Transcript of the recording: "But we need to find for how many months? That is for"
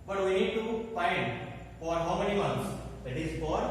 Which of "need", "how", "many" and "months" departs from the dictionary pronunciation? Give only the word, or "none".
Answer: months